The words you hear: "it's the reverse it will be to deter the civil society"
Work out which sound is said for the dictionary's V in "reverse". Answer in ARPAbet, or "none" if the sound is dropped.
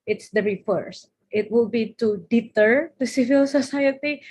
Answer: F